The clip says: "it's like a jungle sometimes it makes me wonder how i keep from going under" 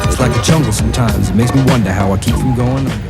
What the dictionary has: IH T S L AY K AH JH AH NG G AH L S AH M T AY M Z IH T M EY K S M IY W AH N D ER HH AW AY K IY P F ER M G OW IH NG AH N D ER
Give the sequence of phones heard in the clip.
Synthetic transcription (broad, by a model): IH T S L AY K AH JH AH NG G L S AH M T AY M Z IH T M EY K S M IY W AH N D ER HH AW AY K IY P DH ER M G OW IH NG